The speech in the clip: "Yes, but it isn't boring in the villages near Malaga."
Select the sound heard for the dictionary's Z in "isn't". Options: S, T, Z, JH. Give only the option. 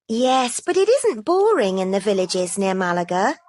Z